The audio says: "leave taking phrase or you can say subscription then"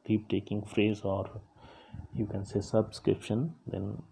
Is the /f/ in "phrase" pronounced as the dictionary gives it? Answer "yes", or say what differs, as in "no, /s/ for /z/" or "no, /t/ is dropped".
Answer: yes